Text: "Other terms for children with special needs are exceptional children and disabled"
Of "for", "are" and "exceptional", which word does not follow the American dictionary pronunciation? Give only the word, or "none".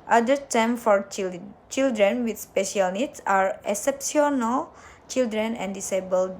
exceptional